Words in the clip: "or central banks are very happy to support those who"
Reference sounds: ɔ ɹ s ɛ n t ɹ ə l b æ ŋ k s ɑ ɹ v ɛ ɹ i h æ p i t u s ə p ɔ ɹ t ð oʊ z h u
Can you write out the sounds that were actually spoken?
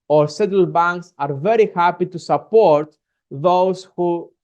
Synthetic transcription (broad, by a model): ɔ ɹ s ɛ t ə l b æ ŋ k s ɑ ɹ v ɛ ɹ i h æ p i t u s ə p ɔ ɹ t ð oʊ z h u